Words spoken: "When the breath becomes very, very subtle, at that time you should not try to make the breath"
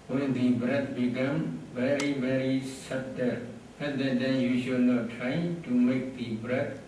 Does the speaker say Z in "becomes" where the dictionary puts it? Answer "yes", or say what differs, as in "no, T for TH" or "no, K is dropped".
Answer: no, Z is dropped